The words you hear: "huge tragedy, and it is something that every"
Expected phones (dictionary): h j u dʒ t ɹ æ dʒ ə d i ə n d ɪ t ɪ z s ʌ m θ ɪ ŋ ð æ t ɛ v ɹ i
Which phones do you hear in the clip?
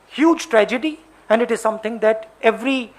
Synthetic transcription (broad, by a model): h j u dʒ t ɹ æ dʒ ə d i ə n d ɪ t ɪ z s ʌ m t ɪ ŋ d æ t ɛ v ɹ i